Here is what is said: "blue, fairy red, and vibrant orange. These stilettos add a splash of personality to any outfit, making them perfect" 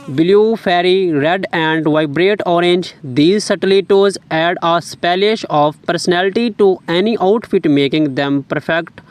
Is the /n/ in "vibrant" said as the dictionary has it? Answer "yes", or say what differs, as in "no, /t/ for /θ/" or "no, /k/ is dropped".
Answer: no, /n/ is dropped